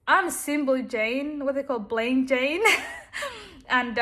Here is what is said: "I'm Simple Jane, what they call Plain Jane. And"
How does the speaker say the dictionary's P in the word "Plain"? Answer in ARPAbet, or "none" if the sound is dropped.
B